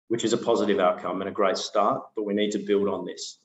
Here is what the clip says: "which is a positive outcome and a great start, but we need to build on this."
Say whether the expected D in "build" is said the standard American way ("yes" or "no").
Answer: yes